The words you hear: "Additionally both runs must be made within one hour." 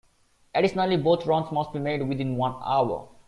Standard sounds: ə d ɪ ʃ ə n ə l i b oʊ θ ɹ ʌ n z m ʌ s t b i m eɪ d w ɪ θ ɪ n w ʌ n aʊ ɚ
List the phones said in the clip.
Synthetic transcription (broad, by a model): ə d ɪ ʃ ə n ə l i b oʊ t ɹ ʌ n s m ʌ s t b i m eɪ d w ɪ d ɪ n w ʌ n aʊ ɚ